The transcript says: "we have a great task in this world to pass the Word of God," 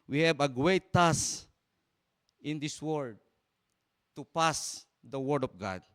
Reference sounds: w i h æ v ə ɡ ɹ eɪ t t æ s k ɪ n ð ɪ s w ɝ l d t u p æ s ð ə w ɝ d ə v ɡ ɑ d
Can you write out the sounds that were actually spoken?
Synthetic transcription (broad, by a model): w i h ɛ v ə ɡ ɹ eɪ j t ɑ s ɪ n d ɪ s w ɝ d t u p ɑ s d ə w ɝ d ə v ɡ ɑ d